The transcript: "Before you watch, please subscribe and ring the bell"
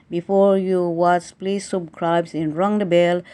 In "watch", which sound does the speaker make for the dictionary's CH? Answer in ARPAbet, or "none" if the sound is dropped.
S